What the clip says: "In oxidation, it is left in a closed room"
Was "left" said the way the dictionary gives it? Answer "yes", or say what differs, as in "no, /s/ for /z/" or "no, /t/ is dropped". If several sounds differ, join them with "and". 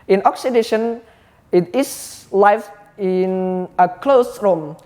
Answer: no, /t/ is dropped